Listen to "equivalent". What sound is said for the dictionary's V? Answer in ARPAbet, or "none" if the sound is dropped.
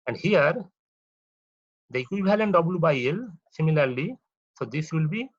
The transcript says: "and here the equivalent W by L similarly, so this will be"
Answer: B